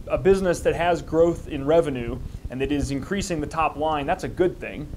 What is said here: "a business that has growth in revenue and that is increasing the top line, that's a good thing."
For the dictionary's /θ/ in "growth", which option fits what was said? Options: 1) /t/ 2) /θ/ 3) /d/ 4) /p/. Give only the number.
2